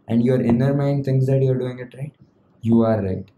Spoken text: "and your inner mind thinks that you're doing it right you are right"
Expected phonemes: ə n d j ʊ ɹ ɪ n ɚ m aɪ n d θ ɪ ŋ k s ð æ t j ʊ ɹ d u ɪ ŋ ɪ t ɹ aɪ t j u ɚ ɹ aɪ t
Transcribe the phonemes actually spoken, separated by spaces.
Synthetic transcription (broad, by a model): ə n d j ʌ ɹ ɪ n ɚ m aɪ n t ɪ ŋ s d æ t j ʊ ɹ d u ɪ ŋ ɪ t ɹ aɪ t j u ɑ ɹ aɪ t